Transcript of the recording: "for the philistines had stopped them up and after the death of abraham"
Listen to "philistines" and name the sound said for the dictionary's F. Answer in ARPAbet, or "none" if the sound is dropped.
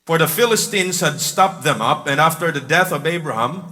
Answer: F